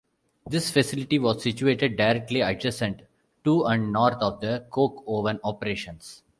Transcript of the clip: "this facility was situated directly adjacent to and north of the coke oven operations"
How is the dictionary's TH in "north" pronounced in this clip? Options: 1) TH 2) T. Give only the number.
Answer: 2